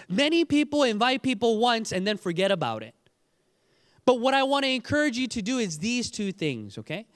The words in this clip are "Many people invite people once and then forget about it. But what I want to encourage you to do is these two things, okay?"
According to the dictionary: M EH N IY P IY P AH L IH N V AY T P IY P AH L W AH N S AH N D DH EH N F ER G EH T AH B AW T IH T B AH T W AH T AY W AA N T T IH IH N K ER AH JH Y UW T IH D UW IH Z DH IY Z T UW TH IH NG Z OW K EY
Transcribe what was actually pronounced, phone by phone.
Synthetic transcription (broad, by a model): M EH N IY P IY P L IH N V AY T P IY P L W AH N S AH N DH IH N F ER G EH T AH B AW T IH T B AH T W AH T AY W AA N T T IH IH N K ER AH JH Y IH T IH D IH IH Z DH IY Z T UW TH IH NG Z OW K EY